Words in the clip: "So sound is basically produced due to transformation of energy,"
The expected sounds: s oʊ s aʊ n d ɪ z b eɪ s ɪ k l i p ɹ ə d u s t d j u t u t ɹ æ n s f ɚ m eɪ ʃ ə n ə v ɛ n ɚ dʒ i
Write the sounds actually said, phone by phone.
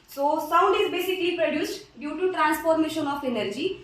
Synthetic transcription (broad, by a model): s oʊ s aʊ n d ɪ z b eɪ s ɪ k l i p ɹ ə d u s t d j u t u t ɹ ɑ n s p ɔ m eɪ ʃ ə n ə p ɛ n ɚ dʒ i